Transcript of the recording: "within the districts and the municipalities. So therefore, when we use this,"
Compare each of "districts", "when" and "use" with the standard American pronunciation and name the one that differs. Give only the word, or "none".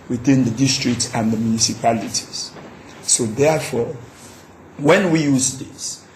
none